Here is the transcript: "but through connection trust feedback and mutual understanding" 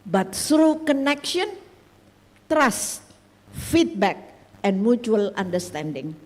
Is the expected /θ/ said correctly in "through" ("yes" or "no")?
no